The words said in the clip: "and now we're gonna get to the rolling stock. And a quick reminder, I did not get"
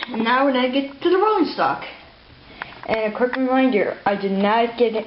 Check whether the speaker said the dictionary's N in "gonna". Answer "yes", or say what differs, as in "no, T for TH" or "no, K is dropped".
no, N is dropped